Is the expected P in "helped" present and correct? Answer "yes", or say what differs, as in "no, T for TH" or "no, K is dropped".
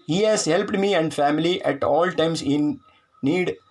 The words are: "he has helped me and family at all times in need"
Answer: yes